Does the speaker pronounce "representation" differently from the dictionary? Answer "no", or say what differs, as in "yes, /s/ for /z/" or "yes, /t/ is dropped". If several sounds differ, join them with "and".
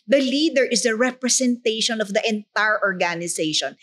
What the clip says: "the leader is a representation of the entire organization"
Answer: yes, /s/ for /z/